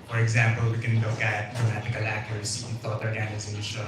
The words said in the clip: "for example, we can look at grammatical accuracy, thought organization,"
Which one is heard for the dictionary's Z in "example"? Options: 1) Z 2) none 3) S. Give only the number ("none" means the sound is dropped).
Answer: 1